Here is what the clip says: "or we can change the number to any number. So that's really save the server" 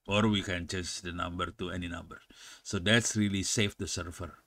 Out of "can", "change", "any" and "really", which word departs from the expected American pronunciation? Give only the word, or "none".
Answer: change